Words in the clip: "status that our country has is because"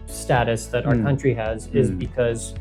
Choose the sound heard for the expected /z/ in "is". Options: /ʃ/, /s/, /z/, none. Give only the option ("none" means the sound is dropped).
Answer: /z/